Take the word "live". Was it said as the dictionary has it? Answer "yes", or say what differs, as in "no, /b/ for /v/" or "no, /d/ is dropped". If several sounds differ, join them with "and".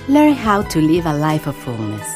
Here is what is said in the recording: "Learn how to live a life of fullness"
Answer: yes